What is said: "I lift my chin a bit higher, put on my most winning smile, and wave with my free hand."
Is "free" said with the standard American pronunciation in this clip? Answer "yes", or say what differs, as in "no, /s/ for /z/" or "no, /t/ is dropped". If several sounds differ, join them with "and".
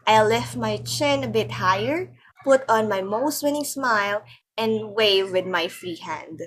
no, /ɹ/ is dropped